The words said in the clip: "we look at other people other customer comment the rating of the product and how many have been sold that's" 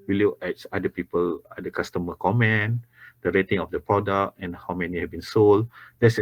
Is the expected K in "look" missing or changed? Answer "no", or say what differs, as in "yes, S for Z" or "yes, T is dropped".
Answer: yes, K is dropped